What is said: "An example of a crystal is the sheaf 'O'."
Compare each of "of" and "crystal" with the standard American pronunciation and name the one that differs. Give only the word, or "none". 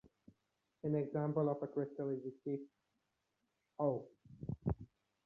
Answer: of